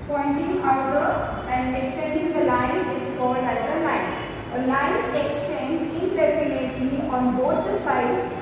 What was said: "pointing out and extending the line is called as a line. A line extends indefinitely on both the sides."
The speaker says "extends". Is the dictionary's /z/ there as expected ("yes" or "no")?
no